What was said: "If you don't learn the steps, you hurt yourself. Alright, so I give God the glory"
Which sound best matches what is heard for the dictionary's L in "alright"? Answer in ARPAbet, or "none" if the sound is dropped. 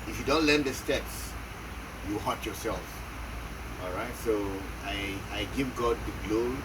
L